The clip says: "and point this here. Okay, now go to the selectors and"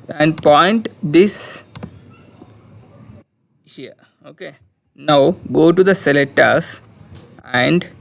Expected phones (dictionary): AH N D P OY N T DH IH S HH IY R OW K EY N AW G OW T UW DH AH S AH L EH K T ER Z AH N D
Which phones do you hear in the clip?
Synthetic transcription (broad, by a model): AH N D P OY N T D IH S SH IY OW K EY N AW G OW T UW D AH S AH L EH T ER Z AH N D